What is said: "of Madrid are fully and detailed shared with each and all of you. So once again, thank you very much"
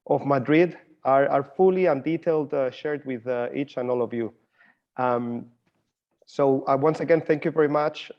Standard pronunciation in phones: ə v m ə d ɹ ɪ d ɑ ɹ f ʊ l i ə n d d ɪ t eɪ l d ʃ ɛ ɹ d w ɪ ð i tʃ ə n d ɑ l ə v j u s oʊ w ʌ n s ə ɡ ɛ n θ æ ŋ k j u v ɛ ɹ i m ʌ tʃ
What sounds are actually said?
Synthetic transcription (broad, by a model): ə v m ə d ɹ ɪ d ɑ ɹ f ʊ l i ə n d d ɪ t eɪ l d ʃ ɛ ɹ d w ɪ ð i tʃ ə n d ɑ l ə v j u s oʊ w ʌ n s ə ɡ ɛ n θ æ ŋ k j u v ɛ ɹ i m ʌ tʃ